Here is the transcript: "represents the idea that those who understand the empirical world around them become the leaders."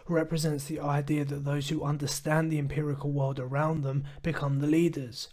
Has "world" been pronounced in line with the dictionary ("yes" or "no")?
yes